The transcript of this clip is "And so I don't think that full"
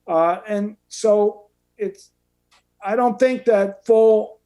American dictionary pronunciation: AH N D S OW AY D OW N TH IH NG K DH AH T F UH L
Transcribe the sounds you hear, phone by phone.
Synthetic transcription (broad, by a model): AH N S OW AY D OW N TH IH NG K DH AH T F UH L